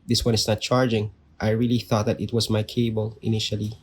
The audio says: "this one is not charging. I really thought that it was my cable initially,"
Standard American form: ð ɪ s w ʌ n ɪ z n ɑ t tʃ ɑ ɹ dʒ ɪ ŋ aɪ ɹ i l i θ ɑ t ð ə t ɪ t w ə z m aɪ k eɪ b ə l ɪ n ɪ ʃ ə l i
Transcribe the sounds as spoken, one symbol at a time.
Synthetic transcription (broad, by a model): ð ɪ s w ʌ n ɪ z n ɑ t tʃ ɑ ɹ dʒ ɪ ŋ aɪ ɹ i l i θ ɑ t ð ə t ɪ t w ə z m aɪ k eɪ b ə l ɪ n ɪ ʃ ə l i